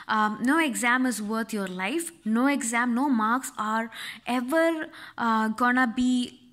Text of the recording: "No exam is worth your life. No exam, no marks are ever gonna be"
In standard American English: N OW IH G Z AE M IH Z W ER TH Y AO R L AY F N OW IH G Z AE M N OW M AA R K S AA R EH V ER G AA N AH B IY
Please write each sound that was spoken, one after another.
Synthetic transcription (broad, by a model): N OW IH G Z AE M IH Z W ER T Y AO R L AY F N OW IH G Z AE M N OW M AA R K S AA R EH V ER G AA N AH B IY